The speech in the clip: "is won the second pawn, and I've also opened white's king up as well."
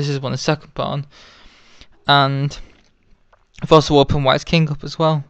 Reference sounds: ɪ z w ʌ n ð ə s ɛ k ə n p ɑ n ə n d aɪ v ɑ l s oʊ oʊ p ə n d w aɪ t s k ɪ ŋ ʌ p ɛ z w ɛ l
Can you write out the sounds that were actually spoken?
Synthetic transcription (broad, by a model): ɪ z w ʌ n ð ə s ɛ k ə n b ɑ n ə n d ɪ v ɑ l s oʊ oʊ p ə n w aɪ t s k ɪ ŋ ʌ p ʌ z w ɛ l